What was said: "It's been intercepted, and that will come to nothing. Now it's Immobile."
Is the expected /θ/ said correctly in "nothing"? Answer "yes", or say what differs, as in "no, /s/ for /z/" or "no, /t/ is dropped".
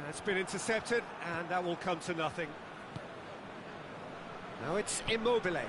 yes